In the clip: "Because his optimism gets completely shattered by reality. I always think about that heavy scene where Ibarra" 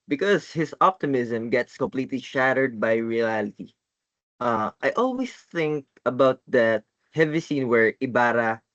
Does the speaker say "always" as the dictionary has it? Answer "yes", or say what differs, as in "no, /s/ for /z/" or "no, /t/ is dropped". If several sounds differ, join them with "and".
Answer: no, /s/ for /z/